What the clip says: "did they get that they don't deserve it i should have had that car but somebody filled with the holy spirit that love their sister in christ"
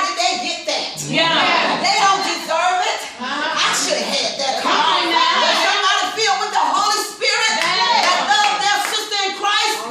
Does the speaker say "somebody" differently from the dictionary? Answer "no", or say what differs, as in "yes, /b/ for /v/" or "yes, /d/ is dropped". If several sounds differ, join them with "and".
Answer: yes, /b/ is dropped